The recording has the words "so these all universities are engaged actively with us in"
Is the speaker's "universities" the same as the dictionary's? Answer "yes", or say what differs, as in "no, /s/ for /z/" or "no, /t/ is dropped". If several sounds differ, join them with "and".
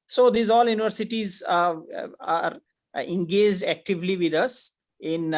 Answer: yes